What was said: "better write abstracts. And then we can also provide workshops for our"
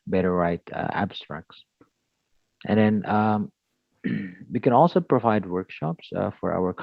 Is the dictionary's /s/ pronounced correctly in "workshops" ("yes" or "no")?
yes